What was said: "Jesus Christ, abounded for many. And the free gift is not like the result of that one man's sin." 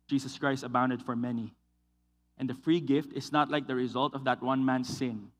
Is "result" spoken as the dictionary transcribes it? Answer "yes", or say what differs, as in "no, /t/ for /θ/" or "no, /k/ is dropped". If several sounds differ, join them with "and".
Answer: yes